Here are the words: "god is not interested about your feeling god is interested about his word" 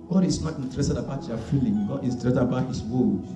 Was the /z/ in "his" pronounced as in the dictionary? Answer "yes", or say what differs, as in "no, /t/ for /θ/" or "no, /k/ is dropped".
no, /s/ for /z/